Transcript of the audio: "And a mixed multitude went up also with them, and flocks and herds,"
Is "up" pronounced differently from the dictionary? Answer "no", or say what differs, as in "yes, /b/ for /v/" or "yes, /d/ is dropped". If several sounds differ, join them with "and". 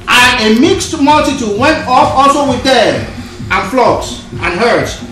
yes, /f/ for /p/